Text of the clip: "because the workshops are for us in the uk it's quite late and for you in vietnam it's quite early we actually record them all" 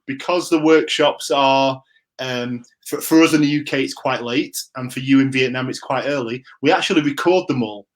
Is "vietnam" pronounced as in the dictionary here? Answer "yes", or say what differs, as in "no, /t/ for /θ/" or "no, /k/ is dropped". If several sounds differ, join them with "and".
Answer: yes